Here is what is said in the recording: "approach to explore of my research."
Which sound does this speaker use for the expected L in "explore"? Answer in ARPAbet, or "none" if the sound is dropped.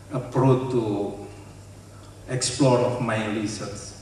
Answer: L